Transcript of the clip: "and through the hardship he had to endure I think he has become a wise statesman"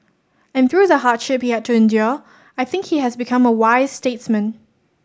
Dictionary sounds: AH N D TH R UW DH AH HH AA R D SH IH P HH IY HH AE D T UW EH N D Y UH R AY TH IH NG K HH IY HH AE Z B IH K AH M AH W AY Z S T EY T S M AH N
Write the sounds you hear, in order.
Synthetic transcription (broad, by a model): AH N TH R UW DH AH HH AA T SH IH P HH IY HH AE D T UW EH N D Y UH AY TH IH NG K HH IY HH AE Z B IH K AH M AH W AY Z S T EY T S M AH N